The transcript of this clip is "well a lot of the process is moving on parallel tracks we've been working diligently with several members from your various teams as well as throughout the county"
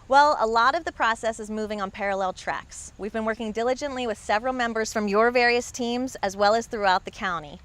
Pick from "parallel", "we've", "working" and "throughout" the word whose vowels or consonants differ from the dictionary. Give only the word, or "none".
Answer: none